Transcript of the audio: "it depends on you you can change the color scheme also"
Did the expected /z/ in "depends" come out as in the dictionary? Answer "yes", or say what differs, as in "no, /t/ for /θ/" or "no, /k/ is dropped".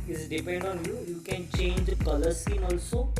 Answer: no, /z/ is dropped